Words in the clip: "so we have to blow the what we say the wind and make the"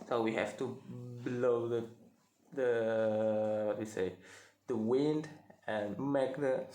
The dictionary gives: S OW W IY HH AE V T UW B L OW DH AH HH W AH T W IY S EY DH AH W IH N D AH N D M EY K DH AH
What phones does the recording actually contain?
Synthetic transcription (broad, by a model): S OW W IY HH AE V T UW B L OW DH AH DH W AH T W IY S EY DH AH W IH N D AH N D M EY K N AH